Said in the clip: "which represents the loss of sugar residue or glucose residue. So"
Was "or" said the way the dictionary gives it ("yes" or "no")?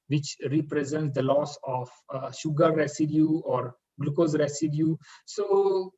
yes